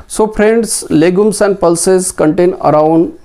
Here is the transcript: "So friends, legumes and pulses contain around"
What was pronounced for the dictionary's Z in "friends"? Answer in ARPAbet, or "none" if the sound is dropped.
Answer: S